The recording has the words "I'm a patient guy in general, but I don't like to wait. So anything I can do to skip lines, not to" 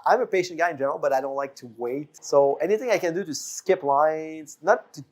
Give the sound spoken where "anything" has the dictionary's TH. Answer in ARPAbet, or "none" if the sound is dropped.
TH